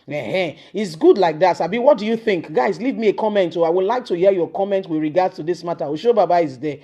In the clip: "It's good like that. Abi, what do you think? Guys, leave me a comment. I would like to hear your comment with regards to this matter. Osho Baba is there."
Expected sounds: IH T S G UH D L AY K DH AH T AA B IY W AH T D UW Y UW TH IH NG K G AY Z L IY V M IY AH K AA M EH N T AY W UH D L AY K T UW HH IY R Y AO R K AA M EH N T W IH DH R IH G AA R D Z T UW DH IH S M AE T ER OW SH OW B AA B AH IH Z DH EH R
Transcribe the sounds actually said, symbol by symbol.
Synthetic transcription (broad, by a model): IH T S G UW D L AY K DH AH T AA B IY W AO T D UW Y UW TH IH NG K G AY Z L IY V M IY AH K AA M EH N T AY W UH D L AY K T UW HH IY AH Y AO K AA M EH N T W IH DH R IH G AA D S T UW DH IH S M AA T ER OW SH OW B AA B AH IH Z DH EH